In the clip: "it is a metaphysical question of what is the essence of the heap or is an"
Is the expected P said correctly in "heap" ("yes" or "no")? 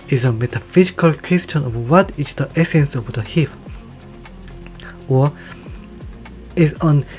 no